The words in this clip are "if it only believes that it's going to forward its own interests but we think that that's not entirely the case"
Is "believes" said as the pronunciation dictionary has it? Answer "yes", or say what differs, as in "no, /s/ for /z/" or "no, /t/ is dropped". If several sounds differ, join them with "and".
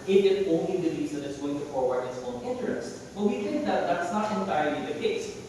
no, /v/ is dropped